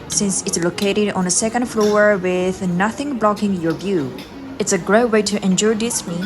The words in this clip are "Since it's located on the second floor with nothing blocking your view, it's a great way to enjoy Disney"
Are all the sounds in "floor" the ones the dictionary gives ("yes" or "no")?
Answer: yes